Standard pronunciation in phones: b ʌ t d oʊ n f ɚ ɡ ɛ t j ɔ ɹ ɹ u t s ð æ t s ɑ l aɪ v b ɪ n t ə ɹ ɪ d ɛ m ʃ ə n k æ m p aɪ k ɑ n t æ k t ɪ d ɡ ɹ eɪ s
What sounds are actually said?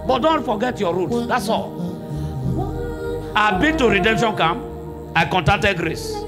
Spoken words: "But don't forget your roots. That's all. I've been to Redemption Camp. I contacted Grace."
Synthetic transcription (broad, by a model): b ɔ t d oʊ n f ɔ ɡ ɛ t j ɔ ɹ ɹ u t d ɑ t s ɑ l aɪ b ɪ t ə ɹ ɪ d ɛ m ʃ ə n k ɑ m aɪ k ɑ n t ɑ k t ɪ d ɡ ɹ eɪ s